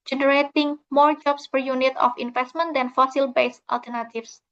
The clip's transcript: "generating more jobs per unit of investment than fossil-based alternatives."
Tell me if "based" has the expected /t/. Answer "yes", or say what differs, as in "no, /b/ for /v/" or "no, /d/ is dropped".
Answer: yes